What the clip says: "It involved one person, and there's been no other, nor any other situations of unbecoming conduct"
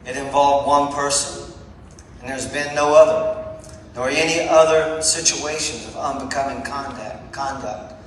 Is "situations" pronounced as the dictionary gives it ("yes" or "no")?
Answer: yes